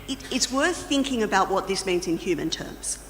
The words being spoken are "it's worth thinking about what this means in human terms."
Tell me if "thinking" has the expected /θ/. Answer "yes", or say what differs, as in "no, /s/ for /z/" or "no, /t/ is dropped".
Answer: yes